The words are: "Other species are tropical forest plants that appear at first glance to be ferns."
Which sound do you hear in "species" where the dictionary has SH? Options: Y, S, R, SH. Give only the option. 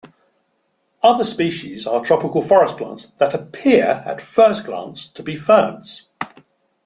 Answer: SH